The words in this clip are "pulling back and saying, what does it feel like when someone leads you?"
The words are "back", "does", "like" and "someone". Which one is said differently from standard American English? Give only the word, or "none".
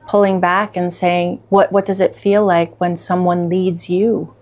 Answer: none